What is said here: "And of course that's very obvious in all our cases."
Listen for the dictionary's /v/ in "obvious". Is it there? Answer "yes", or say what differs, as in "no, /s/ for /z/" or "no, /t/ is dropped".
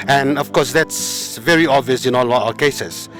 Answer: yes